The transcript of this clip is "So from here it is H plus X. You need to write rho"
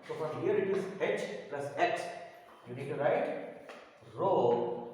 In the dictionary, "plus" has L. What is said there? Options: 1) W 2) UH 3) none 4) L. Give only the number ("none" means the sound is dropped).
4